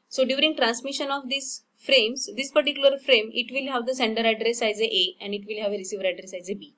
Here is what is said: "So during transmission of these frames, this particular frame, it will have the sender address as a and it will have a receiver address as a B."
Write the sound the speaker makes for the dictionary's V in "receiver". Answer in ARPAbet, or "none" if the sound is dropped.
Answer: V